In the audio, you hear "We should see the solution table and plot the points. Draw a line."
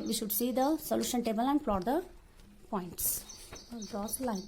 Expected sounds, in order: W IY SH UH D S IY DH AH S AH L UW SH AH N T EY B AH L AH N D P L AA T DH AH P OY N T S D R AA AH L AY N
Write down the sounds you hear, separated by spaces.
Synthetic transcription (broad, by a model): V IY SH UH D S IY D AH S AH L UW SH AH N T EY B AH L AH N D F L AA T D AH P OY N T S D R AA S L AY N